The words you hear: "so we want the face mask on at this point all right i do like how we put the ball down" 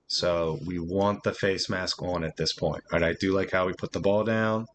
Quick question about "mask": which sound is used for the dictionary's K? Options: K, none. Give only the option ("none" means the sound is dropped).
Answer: K